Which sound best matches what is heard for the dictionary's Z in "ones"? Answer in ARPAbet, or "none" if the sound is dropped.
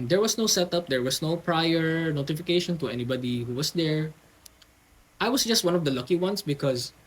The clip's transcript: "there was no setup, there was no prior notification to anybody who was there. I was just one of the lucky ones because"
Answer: S